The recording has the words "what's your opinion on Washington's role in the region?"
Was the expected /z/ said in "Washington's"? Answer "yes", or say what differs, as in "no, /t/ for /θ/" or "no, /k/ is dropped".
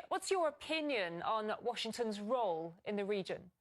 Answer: yes